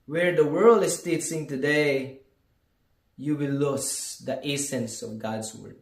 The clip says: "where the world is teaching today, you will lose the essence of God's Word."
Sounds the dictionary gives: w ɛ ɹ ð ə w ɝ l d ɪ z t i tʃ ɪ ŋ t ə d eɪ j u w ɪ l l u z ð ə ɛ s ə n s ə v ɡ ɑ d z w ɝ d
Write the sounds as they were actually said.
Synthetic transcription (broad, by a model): w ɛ ɹ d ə w ɝ l d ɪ s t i s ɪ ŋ t ə d eɪ j u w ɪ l l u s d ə ɛ s ə n s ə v ɡ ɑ d s w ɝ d